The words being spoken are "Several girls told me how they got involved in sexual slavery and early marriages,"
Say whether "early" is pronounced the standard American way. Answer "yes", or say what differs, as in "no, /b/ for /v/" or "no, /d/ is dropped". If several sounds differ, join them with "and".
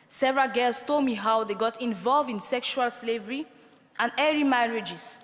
no, /l/ is dropped